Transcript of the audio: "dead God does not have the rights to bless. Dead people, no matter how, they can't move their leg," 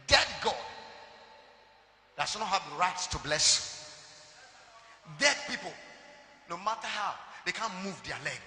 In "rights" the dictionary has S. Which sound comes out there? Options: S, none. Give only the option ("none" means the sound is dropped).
S